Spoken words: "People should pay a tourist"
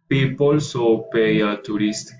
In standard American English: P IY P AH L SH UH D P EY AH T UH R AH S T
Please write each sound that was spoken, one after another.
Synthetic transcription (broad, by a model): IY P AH L S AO P EY AH T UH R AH S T